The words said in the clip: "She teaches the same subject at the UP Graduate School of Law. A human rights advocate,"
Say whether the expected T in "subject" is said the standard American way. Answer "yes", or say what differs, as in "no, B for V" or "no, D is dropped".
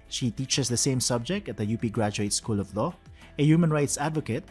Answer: yes